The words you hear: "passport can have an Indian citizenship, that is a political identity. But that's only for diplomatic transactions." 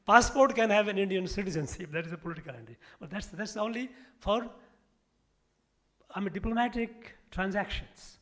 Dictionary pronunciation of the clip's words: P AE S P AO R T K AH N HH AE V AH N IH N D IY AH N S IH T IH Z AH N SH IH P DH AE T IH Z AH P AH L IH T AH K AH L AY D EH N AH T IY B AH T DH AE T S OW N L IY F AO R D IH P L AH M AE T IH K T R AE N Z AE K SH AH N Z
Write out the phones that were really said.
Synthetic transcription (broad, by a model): P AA S P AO R T K AH N HH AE V AH N IH N D IY AH N S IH T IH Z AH N S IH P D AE T IH Z AH P AH L IH T AH K AH L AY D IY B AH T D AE T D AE T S OW N L IY F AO R D IH P L AH M AE T IH K T R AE N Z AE K SH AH N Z